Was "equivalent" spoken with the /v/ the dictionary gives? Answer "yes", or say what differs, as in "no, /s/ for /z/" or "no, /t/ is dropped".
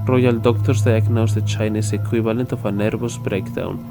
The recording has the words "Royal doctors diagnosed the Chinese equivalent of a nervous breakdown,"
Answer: no, /b/ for /v/